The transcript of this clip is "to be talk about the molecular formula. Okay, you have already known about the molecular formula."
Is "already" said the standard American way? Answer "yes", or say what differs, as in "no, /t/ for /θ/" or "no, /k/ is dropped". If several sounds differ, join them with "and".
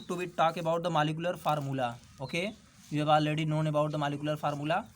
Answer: no, /ɹ/ is dropped